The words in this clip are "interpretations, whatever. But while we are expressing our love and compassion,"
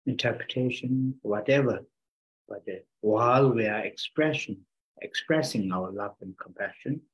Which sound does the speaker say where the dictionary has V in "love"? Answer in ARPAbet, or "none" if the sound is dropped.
V